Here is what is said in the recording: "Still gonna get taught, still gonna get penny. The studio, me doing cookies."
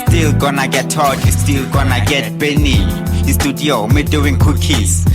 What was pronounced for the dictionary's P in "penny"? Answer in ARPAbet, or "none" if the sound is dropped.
B